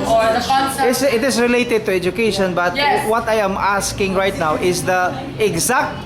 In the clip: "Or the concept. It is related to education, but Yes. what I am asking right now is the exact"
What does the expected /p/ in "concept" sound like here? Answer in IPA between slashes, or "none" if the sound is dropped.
none